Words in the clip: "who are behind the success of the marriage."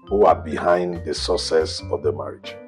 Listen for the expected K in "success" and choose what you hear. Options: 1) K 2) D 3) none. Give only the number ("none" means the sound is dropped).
3